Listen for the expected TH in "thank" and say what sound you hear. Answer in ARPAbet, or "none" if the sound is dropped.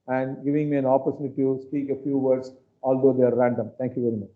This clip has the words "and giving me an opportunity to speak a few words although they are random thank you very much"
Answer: T